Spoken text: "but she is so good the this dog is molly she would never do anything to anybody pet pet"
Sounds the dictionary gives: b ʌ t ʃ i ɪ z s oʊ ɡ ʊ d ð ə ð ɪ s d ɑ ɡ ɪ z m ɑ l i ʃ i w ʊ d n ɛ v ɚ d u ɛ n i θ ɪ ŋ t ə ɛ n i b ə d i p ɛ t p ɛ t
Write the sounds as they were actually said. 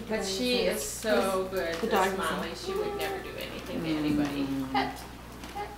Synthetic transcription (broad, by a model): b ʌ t ʃ i ɪ z s oʊ ɡ ʊ d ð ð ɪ d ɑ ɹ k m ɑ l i ʃ i w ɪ d n ɛ v ɚ d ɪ ɛ n i θ ɪ ŋ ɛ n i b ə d i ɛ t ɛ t